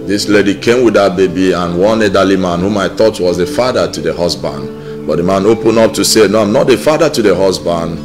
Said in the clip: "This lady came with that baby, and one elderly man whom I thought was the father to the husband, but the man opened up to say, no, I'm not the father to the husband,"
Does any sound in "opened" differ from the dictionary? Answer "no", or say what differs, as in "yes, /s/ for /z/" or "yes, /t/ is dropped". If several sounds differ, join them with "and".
yes, /d/ is dropped